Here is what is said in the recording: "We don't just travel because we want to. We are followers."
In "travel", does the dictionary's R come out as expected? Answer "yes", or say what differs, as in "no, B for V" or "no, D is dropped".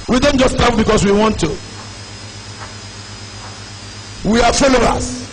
no, R is dropped